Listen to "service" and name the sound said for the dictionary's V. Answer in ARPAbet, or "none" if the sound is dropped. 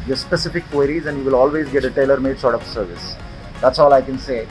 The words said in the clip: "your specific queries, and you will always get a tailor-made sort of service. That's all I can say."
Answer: V